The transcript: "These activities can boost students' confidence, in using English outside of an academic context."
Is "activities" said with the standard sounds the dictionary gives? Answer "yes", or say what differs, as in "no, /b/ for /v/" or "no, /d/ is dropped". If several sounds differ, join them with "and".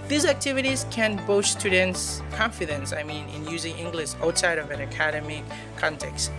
yes